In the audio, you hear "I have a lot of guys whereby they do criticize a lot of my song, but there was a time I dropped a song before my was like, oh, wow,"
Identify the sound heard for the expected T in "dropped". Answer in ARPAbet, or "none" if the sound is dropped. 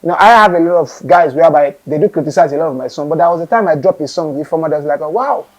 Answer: none